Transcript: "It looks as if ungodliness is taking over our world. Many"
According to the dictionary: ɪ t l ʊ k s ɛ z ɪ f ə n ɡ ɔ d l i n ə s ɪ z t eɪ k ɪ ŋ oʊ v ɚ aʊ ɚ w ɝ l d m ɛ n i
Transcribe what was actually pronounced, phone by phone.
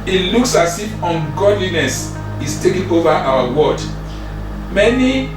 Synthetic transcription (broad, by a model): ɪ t l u k s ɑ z ɪ f ə n ɡ ɔ d l i n ə s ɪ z t eɪ k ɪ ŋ oʊ v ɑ aʊ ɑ w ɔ d m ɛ n i